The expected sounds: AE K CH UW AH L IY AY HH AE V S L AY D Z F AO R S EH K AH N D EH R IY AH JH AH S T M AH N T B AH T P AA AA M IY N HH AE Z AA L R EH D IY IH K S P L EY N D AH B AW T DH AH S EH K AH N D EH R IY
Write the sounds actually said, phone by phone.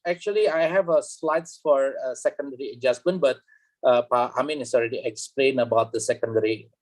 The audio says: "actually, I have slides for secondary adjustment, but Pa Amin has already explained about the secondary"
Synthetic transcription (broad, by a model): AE K CH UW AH L IY AY HH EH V S L AY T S F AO R S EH K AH N D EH R IY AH JH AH S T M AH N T B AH T P AA AA M IY N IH S AA L R EH D IY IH K S P L EY N AH B AW T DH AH S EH K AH N D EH R IY